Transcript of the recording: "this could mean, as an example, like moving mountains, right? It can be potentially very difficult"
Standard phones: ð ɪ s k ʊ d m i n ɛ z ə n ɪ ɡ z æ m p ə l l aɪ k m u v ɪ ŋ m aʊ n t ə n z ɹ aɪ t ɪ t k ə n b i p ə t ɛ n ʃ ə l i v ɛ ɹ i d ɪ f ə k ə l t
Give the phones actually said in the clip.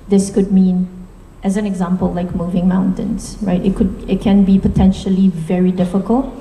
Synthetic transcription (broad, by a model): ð ɪ s k ʊ d m i n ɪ z ə n ɪ ɡ z æ m p ə l l aɪ k m u v ɪ ŋ m aʊ n t ə n z ɹ aɪ t ɪ t k ə n b i p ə t ɛ n ʃ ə l i v ɛ ɹ i d ɪ f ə k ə l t